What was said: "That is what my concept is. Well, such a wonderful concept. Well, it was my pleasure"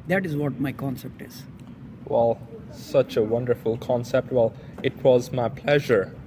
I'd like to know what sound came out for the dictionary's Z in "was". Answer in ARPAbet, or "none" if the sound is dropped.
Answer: Z